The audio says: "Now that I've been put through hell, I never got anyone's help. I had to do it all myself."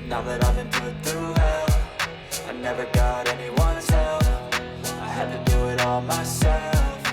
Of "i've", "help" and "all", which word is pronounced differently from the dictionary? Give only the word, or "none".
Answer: help